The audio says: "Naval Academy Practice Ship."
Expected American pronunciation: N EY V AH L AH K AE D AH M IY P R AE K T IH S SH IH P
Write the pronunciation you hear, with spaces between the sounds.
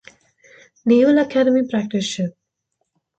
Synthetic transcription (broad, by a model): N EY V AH L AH K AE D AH M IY P R AE K T IH S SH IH